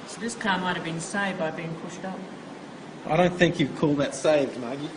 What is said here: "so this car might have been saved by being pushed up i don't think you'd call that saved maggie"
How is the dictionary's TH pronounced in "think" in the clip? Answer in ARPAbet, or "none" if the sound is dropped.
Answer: TH